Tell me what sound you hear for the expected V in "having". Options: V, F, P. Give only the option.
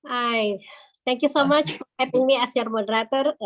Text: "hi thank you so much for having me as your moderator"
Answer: P